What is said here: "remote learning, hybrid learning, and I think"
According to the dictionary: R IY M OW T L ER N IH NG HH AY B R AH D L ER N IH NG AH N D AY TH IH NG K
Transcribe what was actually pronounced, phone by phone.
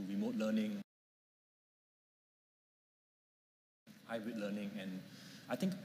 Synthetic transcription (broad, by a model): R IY M OW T L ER N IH NG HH AY R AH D L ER N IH NG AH N AY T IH NG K